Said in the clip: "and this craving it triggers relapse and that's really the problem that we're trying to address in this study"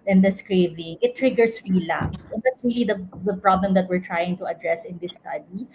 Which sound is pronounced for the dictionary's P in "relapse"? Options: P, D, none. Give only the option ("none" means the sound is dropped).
none